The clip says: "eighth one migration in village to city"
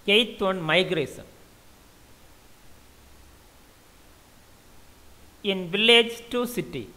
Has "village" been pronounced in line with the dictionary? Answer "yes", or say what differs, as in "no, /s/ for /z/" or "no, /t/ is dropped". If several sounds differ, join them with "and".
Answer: yes